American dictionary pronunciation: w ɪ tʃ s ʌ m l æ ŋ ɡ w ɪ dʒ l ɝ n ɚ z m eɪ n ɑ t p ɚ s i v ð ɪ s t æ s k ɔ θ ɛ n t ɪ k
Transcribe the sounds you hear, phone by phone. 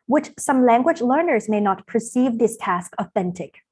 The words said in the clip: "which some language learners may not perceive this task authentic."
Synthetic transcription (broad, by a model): w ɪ tʃ s ʌ m l æ ŋ ɡ w ɪ dʒ l ɝ n ɚ z m eɪ n ɑ t p ɚ s i v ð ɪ s t æ s k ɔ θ ɛ n t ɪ k